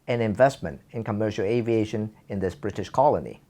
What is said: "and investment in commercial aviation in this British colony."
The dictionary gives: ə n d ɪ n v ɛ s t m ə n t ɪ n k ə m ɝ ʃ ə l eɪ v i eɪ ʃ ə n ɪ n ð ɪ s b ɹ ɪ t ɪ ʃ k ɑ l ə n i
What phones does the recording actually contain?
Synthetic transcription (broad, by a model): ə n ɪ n v ɛ s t m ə n t ɪ n k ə m ɝ ʃ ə l eɪ v i eɪ ʃ ə n ɪ n ð ɪ s b ɹ ɪ t ɪ ʃ k ɑ l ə n i